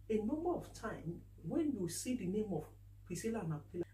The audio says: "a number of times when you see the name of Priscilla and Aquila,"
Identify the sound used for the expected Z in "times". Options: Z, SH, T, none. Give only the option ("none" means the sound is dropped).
none